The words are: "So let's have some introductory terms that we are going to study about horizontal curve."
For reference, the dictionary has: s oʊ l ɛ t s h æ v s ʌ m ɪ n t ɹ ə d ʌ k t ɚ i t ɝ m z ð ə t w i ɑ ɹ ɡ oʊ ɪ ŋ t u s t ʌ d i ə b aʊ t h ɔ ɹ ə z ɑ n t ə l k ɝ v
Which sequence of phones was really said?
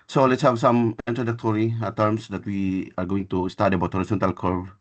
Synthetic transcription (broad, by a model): s oʊ l ɛ t s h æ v s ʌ m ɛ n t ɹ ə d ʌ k t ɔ i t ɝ m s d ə t w i ɑ ɹ ɡ oʊ ɪ ŋ t u s t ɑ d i ə b aʊ t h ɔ ɹ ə s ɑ n t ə l k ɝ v